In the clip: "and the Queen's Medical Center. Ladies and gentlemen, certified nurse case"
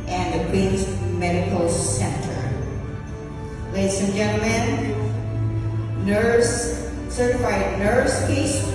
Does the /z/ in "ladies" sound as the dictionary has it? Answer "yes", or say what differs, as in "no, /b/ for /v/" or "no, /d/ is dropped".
no, /s/ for /z/